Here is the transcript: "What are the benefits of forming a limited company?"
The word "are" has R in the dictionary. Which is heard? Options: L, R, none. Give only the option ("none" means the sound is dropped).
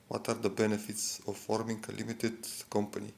R